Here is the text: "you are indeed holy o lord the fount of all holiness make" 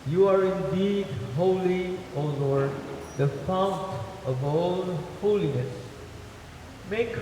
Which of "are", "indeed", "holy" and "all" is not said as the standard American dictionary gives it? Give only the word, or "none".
all